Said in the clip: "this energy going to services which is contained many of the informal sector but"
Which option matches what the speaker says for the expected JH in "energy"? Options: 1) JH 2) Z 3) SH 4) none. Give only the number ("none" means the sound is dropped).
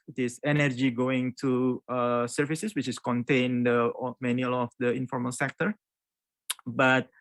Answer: 1